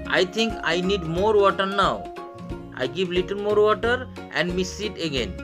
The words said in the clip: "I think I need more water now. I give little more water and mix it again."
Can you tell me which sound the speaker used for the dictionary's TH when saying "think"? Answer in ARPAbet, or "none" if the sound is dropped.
T